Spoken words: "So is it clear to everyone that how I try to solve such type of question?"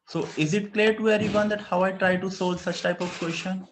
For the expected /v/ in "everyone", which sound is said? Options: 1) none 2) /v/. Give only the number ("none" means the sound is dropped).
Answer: 1